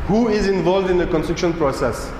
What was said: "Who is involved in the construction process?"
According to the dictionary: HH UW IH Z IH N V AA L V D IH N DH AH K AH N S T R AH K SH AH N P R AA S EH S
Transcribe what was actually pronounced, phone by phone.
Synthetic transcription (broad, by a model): HH UW IH Z IH N V AA L V D IH N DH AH K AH N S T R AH K SH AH N P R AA S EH S